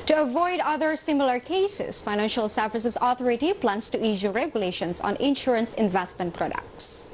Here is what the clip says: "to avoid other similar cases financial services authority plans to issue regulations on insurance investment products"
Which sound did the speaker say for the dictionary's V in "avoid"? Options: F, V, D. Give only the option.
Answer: V